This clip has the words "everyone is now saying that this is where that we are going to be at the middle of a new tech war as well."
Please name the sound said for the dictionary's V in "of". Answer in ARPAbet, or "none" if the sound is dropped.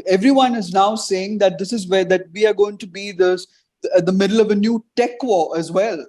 V